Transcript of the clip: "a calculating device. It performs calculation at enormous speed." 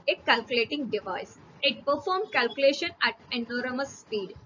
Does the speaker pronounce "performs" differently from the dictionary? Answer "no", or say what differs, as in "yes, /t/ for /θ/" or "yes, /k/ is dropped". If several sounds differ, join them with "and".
yes, /z/ is dropped